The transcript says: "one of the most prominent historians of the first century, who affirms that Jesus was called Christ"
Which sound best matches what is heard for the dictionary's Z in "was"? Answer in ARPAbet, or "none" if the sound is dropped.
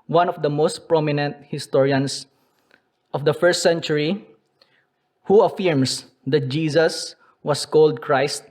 S